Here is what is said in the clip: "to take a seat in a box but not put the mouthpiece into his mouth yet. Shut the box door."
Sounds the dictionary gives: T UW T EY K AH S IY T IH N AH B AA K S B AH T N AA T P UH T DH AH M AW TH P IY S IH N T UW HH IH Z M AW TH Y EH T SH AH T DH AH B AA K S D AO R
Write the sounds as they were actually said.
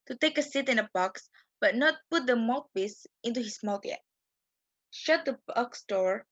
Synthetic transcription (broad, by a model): T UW T EY K AH S IY T IH N AH B AA K S B AH T N AA T P UH T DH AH M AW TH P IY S IH N T UW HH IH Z M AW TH Y EH T SH AH T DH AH B AA K S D AO R